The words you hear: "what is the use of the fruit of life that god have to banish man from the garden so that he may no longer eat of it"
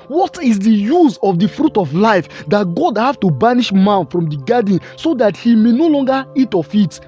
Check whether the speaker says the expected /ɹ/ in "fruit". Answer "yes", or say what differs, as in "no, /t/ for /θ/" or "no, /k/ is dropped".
yes